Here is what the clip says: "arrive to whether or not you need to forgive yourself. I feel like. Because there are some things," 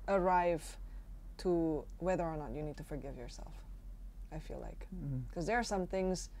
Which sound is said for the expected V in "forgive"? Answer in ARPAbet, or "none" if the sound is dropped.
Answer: V